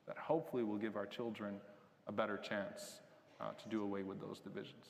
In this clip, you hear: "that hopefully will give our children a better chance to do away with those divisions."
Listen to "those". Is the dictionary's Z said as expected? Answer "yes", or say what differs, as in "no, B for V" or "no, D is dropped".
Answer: yes